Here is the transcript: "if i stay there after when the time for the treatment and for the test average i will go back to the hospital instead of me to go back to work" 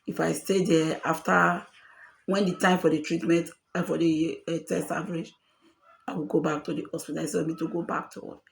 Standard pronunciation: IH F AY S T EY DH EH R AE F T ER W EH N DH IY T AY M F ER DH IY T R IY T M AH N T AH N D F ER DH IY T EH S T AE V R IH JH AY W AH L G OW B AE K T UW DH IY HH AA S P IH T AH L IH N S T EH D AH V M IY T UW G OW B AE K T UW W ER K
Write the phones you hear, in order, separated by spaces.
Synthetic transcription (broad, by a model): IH F AY S T EY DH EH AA F T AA W EH N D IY T AY M F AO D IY T R IY T M AH N T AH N F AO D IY T EH S T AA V R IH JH AY W AH L G OW B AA K T UW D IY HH AA S P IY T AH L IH S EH AH M IY T UW G OW B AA K T UW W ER